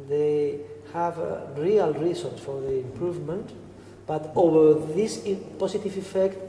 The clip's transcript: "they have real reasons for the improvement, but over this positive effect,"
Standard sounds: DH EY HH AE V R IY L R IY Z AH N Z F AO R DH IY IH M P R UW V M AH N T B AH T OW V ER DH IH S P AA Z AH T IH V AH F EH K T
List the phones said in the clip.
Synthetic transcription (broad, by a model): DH EY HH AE V R IY L R IY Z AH N S F AO R DH IY IH M P R UW V M AH N T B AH T OW V ER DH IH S P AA S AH T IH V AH F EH K T